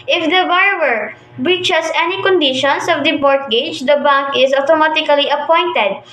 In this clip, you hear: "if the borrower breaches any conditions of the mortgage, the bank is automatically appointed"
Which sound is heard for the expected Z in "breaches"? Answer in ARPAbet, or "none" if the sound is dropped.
S